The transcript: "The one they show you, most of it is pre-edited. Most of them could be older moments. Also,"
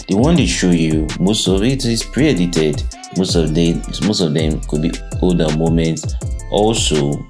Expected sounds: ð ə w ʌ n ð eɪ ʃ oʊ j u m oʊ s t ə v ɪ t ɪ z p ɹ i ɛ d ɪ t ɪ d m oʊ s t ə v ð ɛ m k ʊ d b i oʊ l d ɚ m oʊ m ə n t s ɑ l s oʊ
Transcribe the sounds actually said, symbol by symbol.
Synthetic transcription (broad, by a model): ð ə w ʌ n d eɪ ʃ oʊ j u m oʊ s t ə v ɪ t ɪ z p ɹ i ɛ d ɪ t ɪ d m oʊ s t ə v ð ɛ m k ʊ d b i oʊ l d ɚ m oʊ m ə n t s ɑ l s oʊ